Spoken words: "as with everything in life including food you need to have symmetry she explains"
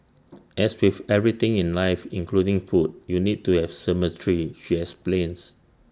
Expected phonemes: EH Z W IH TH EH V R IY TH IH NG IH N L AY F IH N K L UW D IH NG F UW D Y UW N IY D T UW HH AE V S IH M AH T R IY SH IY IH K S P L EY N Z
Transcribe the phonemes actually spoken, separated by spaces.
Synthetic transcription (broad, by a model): EH S W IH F EH V R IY T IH NG IH N L AY F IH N K L UW D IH NG F UW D Y UW N IY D T UW HH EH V S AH M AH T R IY SH IY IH S P L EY N S